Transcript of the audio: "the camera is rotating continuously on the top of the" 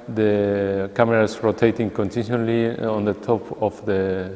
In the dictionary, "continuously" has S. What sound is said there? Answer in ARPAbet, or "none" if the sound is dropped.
none